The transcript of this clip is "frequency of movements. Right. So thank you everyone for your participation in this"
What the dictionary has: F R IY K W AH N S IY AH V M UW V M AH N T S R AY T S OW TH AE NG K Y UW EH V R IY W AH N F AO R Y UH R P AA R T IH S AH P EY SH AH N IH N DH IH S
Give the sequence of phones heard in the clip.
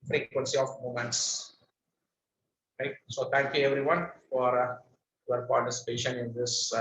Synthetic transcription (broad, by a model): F R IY K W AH N S IY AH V M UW M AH N T S R AY T S OW T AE NG K Y UW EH V R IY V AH N F AO R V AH R P AA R T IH S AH P EY SH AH N IH N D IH S